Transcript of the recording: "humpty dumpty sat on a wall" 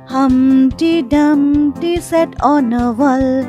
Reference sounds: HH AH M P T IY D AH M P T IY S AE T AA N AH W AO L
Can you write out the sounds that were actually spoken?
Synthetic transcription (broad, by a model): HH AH M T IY D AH M T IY S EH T AA N AH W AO L